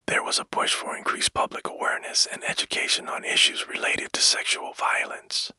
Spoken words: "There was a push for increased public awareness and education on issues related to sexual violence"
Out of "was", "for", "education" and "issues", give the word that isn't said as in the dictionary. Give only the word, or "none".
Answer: none